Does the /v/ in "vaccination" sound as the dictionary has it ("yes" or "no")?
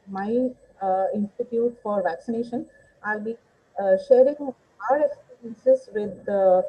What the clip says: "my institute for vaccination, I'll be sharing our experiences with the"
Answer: yes